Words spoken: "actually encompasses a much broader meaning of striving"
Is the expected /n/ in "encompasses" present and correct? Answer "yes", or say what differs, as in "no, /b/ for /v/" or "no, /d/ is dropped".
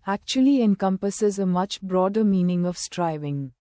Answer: yes